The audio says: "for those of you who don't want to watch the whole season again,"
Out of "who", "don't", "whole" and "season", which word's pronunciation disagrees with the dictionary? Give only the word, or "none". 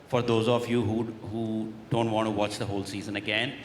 none